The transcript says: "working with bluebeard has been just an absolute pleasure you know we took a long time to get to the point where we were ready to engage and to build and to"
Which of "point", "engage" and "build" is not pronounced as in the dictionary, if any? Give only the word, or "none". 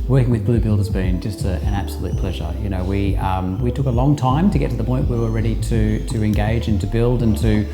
none